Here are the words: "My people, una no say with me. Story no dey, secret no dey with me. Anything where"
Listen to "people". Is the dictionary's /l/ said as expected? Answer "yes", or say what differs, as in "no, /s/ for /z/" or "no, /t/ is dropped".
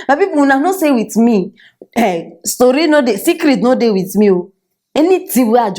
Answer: no, /w/ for /l/